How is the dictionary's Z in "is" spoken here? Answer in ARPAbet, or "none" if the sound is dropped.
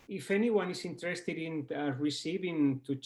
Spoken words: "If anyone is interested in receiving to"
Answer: S